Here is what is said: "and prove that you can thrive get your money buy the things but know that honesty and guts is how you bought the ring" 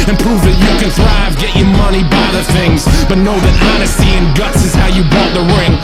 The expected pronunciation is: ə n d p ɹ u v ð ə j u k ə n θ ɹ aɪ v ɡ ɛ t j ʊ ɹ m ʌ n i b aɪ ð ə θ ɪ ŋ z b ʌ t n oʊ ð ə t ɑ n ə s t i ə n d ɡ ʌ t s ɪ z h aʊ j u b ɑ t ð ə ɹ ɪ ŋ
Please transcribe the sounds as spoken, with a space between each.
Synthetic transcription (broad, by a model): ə n p ɹ u v ð ə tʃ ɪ k ə n θ ɹ aɪ v ɡ ɛ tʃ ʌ ɹ m ʌ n i b aɪ ð ə θ ɪ ŋ z b ʌ t n oʊ ð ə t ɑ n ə s t i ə n ɡ ʌ t s ɪ z h aʊ j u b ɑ t ð ə ɹ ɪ ŋ